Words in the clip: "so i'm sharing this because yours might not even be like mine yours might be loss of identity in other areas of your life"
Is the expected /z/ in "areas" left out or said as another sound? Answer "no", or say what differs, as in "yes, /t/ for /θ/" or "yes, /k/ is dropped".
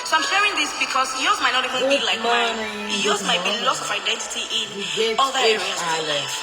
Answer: yes, /z/ is dropped